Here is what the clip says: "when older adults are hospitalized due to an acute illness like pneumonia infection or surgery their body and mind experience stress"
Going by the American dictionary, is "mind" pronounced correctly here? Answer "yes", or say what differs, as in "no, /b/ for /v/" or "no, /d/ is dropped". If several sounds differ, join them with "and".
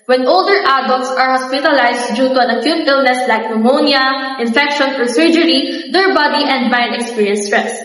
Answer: no, /d/ is dropped